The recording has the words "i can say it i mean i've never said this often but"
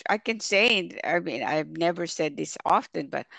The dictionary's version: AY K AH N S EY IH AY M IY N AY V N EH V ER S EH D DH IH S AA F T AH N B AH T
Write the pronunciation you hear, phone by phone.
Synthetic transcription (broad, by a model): AY K AH N S EY IH AY M IY N AY V N EH V ER S EH D DH IH S AA F T AH N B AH T